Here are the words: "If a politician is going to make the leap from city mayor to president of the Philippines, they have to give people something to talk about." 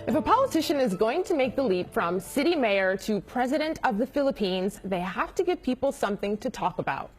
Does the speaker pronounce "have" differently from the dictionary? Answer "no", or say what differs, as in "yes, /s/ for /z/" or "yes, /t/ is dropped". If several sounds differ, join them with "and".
yes, /f/ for /v/